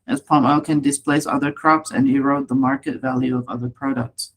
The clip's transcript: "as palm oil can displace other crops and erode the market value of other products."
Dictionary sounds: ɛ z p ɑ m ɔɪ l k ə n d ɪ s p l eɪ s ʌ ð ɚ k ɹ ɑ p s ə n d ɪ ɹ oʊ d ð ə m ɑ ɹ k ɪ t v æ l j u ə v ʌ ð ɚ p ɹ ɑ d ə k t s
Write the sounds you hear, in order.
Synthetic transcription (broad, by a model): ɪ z p ɑ m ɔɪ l k ə n d ɪ s p l eɪ s ʌ ð ɚ k ɹ ɑ p s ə n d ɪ ɹ oʊ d ð ə m ɑ ɹ k ɪ t v æ l j u ə v ʌ ð ɚ p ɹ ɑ d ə k t s